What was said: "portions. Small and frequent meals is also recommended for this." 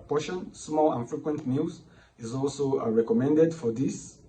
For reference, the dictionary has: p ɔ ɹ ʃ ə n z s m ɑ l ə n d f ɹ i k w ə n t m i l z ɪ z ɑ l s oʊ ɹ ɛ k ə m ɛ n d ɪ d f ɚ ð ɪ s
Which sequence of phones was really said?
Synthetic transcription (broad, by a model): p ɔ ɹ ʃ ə n s m ɑ l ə n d f ɹ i k w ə n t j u z ɪ z ɑ l s oʊ ɹ ɛ k ə m ɛ n d ɪ d f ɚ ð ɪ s